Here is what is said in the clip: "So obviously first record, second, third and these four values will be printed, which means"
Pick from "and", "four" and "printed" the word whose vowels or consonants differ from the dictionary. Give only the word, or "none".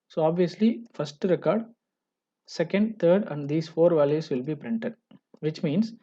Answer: none